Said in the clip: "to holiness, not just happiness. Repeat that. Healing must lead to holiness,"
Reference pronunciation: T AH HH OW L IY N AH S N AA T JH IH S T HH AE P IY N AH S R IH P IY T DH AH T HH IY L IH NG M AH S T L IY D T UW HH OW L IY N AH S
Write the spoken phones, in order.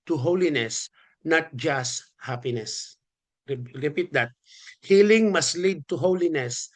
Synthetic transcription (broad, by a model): T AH HH OW L IY N AH S N AA T JH IH S T HH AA P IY N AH S R IH P IY T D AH T HH IY L IH NG M AH S T L IY D T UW HH OW L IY N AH S